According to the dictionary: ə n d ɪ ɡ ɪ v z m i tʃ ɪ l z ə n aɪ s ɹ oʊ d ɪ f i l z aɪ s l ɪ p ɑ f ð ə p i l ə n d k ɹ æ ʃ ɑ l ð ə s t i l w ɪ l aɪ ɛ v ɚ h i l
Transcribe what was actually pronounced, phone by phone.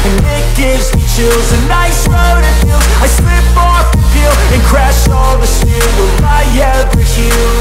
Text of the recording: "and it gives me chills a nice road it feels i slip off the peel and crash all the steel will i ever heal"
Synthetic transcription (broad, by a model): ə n ɪ ɡ ɪ v z m i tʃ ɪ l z ə n aɪ s ɹ oʊ d ɪ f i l aɪ s l ɪ p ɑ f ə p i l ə n k ɹ æ ʃ ɑ l ð ə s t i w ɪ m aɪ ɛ ɚ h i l